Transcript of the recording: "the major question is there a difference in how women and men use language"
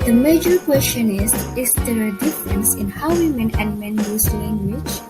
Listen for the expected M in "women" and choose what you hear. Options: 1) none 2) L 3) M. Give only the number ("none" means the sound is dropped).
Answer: 3